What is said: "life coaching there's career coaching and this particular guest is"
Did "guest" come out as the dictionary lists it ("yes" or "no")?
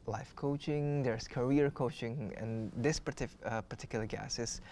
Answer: no